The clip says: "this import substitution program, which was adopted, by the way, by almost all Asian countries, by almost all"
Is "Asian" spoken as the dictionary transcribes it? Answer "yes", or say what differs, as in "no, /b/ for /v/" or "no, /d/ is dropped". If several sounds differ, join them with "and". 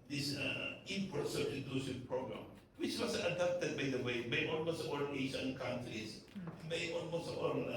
no, /s/ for /ʒ/